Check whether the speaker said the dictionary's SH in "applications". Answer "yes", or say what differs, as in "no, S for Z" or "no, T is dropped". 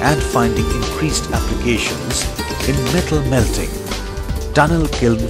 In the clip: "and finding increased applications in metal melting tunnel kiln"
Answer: yes